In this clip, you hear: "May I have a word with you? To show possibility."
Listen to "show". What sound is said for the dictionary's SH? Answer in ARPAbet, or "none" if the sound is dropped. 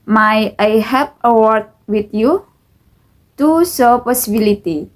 S